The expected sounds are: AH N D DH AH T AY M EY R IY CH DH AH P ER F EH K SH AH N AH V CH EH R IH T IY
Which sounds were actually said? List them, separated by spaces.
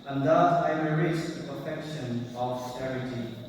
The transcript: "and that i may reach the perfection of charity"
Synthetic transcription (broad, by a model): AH N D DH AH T AY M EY R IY S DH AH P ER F EH K SH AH N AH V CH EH R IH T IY